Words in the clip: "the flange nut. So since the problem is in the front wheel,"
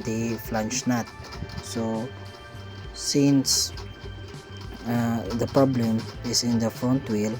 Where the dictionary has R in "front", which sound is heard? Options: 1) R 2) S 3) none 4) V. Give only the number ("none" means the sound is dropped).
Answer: 3